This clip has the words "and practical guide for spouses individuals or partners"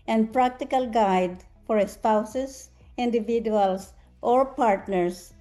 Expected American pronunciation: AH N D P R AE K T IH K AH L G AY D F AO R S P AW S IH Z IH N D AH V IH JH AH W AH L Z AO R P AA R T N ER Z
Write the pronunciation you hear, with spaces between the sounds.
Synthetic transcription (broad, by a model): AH N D P R AE K T IH K AH L G AY D F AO R S P AW S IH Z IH N D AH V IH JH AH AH L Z AO R P AA R T N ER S